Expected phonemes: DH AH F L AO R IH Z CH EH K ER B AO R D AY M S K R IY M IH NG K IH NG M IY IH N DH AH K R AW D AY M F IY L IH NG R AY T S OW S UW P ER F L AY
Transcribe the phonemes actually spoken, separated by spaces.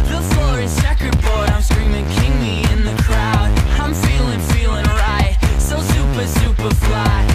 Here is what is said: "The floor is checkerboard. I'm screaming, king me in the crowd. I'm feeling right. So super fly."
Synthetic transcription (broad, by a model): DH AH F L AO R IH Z S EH K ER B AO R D AY M S K R IY M IH NG K IH NG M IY IH N DH AH K R AW D AY M F IY L IH NG R AY T S OW S UW P ER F L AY